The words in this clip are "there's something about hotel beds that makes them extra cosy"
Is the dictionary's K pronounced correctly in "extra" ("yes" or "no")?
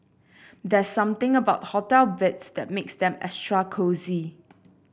no